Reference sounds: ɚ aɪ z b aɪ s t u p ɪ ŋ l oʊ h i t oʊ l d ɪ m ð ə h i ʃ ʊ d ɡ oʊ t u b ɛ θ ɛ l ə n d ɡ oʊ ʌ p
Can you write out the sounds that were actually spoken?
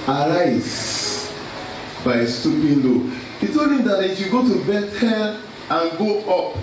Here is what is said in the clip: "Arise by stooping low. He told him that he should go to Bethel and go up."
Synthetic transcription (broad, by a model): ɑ aɪ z b aɪ s t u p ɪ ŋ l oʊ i t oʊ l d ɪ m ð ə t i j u ɡ oʊ t u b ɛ t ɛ n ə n ɡ oʊ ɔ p